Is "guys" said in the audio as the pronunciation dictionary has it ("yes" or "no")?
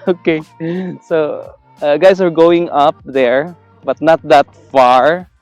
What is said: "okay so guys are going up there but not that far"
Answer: no